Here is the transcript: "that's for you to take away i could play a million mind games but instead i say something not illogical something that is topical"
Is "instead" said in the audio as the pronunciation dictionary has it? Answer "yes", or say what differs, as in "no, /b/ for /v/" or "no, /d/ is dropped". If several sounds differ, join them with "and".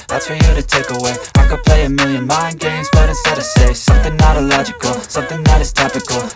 no, /n/ is dropped